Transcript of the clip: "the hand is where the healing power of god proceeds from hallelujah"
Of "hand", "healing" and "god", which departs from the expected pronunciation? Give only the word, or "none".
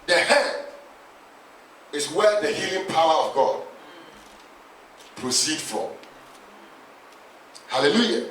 hand